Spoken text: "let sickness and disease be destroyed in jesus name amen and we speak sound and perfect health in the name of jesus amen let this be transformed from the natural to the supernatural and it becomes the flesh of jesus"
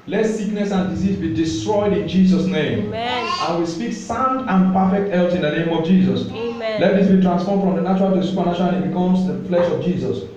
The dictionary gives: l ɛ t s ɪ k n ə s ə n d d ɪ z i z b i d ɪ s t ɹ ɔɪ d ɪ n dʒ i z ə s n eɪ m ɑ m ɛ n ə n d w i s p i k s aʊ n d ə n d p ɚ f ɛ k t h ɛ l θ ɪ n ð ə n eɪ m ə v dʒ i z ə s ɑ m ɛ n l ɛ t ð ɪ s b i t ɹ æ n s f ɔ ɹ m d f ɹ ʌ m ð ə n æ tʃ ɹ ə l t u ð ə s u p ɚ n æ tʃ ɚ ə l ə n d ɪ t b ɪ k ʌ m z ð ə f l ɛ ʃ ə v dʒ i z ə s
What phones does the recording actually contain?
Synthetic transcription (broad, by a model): l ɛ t s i k n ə s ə n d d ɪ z i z b i d ɪ s t ɹ ɔɪ d ɪ n dʒ i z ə s n eɪ ɑ m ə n w i s p i k s aʊ n d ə n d p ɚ f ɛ k t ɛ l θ ɪ n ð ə n eɪ m ə v dʒ i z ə s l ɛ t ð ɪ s b i t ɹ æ n s f ɔ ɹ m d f ɹ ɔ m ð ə n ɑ tʃ ɹ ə l t u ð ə s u p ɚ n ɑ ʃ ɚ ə n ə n ɪ t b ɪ k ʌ m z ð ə f l ɛ ʃ ə v dʒ i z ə s